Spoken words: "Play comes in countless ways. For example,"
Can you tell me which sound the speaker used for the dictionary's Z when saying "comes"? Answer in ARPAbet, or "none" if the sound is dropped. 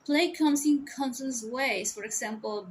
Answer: S